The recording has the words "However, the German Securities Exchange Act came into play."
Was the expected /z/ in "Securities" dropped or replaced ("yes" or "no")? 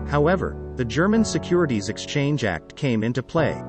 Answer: no